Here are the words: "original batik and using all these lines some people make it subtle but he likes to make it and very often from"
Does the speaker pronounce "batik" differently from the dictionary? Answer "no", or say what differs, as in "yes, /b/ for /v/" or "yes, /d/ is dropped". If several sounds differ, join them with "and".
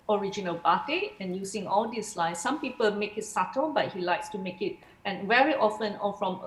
yes, /k/ is dropped